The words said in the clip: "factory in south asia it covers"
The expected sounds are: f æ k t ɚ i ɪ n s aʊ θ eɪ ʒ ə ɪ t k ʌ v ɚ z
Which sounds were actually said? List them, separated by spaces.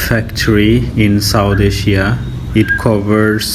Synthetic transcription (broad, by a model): f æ k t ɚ i ɪ n s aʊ t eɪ ʃ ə ɪ t k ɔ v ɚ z